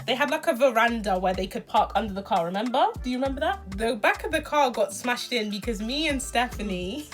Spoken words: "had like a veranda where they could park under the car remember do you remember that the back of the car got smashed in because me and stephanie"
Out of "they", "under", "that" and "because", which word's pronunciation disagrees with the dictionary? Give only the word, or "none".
none